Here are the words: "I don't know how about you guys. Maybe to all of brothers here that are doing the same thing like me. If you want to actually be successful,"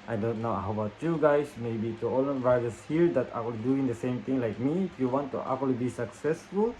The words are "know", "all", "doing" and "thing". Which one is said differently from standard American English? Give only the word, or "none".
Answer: thing